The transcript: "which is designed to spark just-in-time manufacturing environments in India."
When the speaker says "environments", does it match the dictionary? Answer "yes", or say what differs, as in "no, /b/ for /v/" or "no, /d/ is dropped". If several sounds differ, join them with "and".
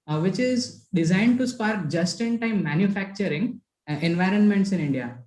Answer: yes